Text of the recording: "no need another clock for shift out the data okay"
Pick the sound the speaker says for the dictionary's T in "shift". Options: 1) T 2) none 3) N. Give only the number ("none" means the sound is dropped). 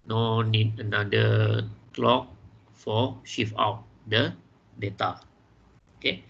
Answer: 2